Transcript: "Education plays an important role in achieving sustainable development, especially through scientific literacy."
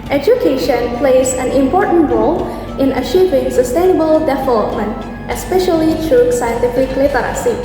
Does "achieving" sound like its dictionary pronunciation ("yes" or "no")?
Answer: yes